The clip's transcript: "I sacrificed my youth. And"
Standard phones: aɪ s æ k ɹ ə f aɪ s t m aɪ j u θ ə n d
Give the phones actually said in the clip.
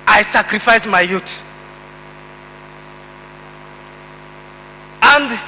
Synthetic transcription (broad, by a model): aɪ s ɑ k ɹ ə f aɪ s m aɪ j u t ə n d